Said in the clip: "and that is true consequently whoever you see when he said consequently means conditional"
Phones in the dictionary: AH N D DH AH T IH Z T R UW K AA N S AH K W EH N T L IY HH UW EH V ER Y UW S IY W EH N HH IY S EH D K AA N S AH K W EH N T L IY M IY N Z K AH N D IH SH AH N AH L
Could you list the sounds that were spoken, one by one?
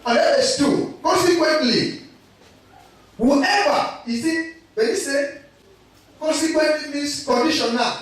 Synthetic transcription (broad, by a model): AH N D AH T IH S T UW K AA N S AH K W EH N T L IY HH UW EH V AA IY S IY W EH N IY S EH K AA N S AH K W EH N T L IY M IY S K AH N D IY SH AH N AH